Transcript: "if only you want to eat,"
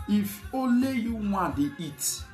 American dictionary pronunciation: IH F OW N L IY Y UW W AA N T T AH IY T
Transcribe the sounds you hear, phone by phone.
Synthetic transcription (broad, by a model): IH F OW L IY Y UW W AA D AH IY T